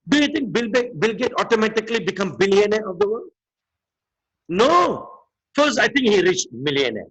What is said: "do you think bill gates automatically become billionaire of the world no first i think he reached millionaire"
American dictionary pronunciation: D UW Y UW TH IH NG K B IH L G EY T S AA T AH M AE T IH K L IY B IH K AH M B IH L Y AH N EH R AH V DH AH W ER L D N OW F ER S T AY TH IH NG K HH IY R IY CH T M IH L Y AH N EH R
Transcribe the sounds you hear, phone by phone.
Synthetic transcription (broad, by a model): D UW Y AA T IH NG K B IH L G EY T AA T AH M AE T IH K L IY B IH K AH M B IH L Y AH N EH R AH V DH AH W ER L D N OW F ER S AY T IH NG K HH IY R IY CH M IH L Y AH N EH